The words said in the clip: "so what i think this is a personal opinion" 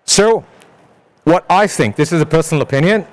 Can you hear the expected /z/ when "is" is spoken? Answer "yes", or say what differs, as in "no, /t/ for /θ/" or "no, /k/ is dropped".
yes